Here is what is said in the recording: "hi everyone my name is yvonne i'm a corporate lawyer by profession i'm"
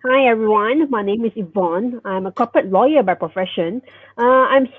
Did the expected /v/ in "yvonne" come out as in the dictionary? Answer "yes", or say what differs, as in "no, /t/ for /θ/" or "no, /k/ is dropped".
yes